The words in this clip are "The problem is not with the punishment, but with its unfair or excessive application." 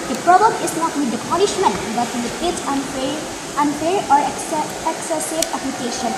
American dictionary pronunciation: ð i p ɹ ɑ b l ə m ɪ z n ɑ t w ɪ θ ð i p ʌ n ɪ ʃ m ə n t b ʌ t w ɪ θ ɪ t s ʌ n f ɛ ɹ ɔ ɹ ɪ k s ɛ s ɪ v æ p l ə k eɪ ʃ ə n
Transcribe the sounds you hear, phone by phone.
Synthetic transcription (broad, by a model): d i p ɹ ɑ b ə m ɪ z n ɑ t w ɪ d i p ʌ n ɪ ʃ m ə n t b ʌ t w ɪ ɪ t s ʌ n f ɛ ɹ ɔ ɹ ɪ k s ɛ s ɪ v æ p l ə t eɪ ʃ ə n